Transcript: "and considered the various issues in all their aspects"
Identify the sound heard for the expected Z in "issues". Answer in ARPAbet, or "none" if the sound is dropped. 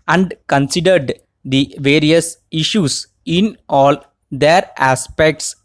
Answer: S